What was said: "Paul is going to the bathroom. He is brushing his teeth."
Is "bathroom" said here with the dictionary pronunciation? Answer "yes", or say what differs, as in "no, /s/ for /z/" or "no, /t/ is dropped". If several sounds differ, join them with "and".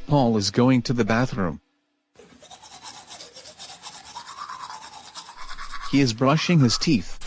yes